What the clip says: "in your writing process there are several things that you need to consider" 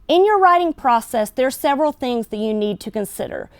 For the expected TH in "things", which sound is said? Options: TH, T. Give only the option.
TH